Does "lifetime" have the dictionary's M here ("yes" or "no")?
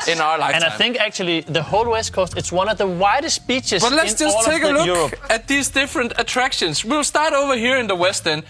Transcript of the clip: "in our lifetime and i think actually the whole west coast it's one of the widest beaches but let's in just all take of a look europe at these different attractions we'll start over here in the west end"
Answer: no